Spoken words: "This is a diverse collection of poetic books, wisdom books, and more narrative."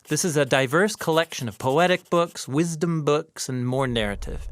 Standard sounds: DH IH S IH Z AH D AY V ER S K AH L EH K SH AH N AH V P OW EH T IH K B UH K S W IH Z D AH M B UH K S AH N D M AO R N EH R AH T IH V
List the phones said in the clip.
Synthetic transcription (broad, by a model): DH IH S IH Z AH D AY V ER S K AH L EH K SH AH N AH V P OW EH T IH K B UH K S W IH Z D AH M B UH K S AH N M AO R N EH R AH T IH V